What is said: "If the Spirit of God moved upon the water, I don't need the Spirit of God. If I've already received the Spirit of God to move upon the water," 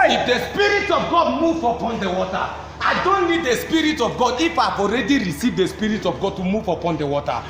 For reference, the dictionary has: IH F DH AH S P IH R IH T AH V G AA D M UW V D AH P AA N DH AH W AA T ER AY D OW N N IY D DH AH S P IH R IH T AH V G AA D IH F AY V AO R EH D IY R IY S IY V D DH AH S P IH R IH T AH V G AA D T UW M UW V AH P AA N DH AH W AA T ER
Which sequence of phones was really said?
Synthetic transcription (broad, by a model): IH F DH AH S P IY R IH T AH V G AA D M UW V AH P AA N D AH W AA T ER AY D OW N N IY D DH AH S P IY R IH T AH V G AA D IH F AY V AO R EH D IY R IY S IY V D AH S P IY R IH T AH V G AA D T UW M UW V AH P AA N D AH W AA T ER